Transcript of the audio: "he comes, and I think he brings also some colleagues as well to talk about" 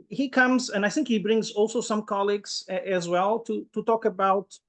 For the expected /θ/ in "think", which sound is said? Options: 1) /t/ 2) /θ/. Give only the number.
2